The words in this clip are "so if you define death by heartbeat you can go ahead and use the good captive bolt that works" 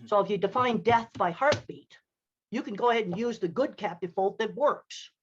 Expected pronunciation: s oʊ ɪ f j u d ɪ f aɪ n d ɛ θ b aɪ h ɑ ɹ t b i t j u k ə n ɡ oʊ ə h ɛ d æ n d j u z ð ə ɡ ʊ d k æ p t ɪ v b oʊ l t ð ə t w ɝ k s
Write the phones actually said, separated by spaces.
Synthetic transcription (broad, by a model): s oʊ ɪ f j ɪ d ɪ f aɪ n d ɛ θ b aɪ h ɑ ɹ t b i t j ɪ k ə n ɡ oʊ ə h ɛ d n j u z ð ə ɡ ʊ d k æ p t ɪ v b oʊ l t ð ə t w ɝ k s